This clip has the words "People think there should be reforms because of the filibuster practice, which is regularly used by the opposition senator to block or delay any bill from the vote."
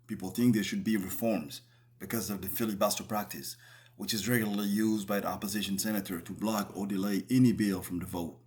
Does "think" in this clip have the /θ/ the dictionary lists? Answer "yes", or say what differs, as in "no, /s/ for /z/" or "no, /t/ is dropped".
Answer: yes